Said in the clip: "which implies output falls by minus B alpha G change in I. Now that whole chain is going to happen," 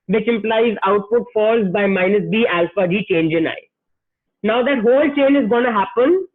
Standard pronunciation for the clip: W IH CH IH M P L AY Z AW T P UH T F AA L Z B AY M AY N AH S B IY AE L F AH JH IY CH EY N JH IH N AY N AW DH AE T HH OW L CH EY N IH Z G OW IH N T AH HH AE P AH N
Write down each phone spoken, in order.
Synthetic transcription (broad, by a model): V IH CH IH M P L AY Z AW T P UH T F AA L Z B AY M AY N AH S B IY AE L F AH JH IY CH EY N JH IH N AY N AW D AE T HH OW L CH EY N IH Z G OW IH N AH HH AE P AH N